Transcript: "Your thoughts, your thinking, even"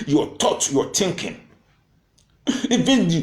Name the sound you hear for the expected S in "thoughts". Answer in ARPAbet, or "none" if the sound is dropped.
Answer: none